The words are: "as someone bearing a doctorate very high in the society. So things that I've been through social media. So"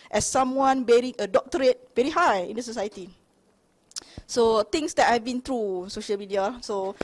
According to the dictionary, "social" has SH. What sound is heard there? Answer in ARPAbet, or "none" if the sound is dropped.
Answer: SH